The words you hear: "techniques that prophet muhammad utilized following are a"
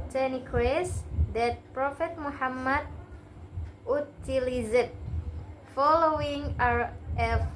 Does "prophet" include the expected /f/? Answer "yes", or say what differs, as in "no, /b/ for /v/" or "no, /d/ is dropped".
yes